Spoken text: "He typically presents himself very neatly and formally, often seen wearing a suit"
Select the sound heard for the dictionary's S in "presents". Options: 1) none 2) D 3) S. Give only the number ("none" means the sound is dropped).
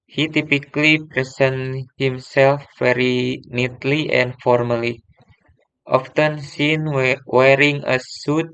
1